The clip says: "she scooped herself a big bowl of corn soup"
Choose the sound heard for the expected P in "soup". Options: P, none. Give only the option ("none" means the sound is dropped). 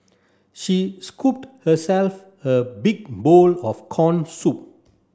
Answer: P